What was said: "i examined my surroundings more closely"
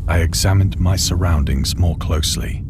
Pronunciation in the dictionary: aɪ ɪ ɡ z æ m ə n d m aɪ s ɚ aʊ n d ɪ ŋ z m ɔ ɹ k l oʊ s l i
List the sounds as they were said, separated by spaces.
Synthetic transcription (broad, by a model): aɪ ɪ ɡ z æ m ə n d m aɪ s ɚ aʊ n d ɪ ŋ z m ɔ ɹ k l oʊ s l i